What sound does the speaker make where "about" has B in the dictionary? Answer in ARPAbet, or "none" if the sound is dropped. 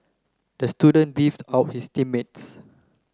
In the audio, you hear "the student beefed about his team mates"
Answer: none